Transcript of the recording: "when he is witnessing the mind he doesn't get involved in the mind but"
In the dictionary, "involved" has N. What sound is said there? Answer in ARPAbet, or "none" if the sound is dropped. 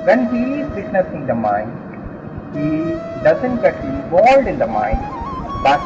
none